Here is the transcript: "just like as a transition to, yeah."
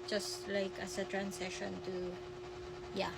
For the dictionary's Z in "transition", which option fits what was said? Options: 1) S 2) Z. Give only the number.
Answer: 1